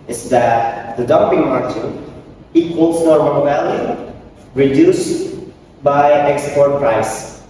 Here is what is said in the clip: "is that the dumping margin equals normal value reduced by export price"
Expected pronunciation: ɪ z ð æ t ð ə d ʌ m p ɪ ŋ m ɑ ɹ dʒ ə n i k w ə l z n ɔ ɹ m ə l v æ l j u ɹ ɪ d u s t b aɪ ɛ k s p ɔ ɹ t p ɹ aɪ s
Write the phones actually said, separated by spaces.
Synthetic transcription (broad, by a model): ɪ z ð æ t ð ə d ʌ m p ɪ ŋ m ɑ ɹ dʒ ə i k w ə l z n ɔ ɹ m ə n v æ l j u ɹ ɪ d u s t b aɪ ɛ k s p ɔ ɹ t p ɹ aɪ s